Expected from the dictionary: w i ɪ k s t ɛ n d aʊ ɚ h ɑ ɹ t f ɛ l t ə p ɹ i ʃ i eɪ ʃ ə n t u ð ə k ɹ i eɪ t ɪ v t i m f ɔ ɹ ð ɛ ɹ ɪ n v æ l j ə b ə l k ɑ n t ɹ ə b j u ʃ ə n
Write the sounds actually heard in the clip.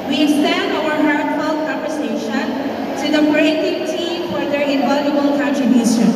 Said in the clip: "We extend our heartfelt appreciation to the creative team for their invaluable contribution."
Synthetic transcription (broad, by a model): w i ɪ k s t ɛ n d aʊ ɚ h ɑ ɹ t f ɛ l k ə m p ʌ s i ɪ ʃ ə n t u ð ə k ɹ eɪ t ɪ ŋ t i m f ɔ ɹ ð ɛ ɹ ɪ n ɔ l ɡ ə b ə l k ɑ n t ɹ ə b j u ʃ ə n